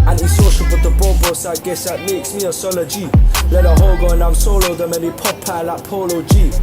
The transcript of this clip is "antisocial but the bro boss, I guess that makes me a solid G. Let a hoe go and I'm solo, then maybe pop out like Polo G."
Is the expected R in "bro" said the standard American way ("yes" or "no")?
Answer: no